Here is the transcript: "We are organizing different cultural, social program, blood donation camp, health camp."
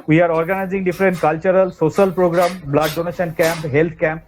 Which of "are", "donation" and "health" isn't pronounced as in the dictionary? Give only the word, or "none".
health